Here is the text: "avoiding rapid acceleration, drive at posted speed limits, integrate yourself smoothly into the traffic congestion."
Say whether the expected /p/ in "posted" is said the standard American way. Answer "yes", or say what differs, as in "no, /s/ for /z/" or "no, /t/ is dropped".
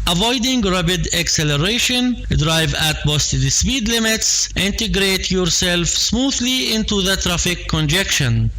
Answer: no, /b/ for /p/